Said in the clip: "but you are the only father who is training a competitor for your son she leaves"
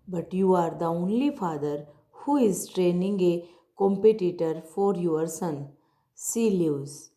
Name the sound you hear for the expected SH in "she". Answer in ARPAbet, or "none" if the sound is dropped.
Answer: S